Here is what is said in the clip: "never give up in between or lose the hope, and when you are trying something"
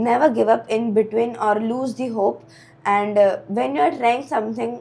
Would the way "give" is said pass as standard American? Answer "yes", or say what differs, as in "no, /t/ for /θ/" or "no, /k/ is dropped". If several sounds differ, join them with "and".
yes